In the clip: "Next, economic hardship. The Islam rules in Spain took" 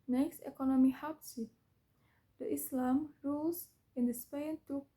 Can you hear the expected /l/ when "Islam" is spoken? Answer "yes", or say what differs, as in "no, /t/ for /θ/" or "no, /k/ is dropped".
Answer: yes